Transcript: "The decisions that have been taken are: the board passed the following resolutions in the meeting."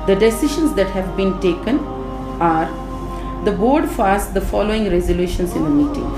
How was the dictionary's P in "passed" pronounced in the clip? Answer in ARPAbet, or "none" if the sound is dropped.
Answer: F